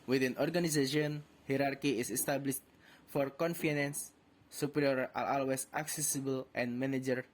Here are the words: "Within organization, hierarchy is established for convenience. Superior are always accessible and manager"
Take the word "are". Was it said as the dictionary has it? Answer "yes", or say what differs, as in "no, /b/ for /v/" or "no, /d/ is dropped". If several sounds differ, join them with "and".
no, /l/ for /ɹ/